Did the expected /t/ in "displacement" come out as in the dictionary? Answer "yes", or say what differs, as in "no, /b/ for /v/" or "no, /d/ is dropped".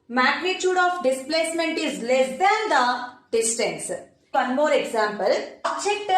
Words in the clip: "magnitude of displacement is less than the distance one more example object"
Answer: yes